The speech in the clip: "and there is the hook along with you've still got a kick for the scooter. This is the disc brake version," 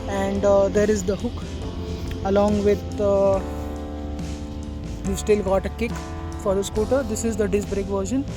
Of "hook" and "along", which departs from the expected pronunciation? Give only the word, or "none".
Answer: none